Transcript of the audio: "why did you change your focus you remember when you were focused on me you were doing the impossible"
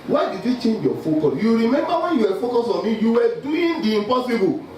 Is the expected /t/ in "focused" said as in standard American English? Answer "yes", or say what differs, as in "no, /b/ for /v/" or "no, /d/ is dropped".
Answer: no, /t/ is dropped